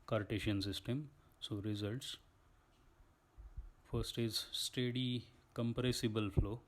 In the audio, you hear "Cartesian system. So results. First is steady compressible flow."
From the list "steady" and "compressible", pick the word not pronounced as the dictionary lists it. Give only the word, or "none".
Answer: none